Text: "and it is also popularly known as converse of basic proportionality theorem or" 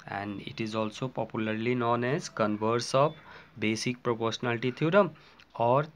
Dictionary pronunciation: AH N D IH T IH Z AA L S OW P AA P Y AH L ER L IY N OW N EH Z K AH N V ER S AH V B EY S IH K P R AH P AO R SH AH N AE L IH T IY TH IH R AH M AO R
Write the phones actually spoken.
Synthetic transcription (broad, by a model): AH N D IH T IH Z AA L S OW P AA P Y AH L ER L IY N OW N EH Z K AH N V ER S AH B B EY S IH K P R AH P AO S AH N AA L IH T IY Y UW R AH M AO R